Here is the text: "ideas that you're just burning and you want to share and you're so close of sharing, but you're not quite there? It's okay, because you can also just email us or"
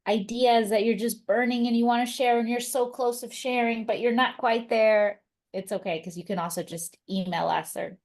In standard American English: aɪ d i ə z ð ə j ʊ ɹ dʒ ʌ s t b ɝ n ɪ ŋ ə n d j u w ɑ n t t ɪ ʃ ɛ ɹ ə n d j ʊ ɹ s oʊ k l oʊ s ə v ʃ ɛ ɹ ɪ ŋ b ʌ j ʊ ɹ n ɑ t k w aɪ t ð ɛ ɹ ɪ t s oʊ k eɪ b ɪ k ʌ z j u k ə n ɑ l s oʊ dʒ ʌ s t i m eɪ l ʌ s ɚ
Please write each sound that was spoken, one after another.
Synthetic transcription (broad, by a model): aɪ d i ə z ð ə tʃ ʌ ɹ dʒ ʌ s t b ɝ n ɪ ŋ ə n j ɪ w ɑ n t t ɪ ʃ ɛ ɹ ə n j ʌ ɹ s oʊ k l oʊ s ə v ʃ ɛ ɹ ɪ ŋ b ʌ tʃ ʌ ɹ n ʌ t k w aɪ t ð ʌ ɹ ɪ t s oʊ k eɪ ɪ k ʌ z j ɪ k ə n ɑ l s oʊ dʒ ʌ s t i m eɪ l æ s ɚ